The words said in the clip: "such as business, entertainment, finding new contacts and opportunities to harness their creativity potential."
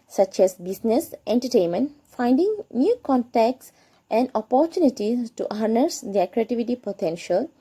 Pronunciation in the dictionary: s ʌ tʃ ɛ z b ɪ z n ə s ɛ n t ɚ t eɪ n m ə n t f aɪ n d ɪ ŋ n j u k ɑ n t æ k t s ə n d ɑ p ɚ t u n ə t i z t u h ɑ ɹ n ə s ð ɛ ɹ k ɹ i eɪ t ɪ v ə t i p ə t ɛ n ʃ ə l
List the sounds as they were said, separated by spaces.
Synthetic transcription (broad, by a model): s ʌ tʃ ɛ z b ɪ s n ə s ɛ n t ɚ t eɪ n m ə n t f aɪ n d ɪ ŋ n j u k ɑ n t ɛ k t s ə n d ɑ p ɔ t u n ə t i t u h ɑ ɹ n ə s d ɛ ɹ k ɹ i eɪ t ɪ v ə t i p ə t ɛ n ʃ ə l